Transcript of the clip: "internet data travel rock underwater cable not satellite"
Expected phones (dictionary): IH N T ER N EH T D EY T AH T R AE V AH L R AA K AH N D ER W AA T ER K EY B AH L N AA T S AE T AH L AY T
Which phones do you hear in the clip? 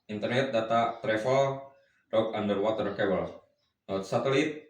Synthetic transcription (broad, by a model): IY N T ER N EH T D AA T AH T R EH F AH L R AA K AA N D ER W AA T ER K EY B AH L N AA T S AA T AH L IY T